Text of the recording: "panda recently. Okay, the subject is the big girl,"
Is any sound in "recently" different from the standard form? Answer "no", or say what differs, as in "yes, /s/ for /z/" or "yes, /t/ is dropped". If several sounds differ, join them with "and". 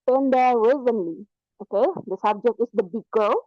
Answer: yes, /w/ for /ɹ/